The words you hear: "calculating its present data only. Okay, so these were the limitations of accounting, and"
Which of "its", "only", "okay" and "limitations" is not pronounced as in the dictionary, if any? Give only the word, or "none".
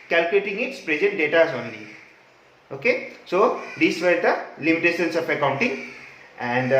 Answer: limitations